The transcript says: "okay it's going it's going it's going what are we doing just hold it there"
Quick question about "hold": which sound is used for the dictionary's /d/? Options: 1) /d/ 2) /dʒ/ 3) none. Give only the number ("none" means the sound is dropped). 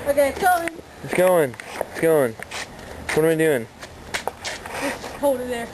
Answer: 3